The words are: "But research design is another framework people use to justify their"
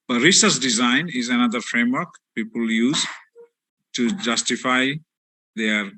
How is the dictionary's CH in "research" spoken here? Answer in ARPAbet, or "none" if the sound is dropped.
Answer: S